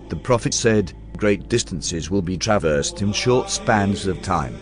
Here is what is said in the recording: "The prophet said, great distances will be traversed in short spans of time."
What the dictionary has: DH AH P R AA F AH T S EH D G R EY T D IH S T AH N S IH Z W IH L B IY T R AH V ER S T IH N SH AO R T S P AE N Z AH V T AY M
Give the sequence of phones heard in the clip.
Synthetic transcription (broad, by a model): DH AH P R AA F AH T S EH D G R EY T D IH S T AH N S IH Z W IH L B IY T R AH V ER S T IH N SH AO R T S P AE N Z AH V T AY M